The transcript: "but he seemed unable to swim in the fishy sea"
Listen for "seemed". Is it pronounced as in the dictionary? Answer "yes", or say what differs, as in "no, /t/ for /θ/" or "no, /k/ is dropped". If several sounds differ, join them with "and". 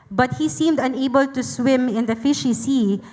yes